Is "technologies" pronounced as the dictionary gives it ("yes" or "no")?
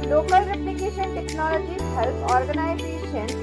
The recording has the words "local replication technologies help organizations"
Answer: no